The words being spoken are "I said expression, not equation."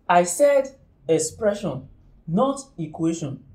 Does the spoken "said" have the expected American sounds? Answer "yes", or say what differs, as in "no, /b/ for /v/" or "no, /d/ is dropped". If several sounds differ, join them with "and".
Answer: yes